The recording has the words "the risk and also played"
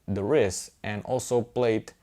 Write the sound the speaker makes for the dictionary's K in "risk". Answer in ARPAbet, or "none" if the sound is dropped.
none